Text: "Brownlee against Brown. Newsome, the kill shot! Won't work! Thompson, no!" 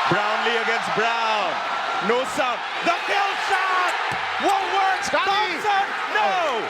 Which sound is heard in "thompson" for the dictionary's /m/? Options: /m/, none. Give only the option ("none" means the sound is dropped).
none